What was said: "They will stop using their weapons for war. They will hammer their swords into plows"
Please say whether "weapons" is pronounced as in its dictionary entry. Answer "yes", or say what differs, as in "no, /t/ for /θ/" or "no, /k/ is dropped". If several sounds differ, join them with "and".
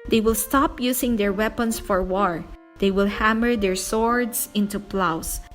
no, /s/ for /z/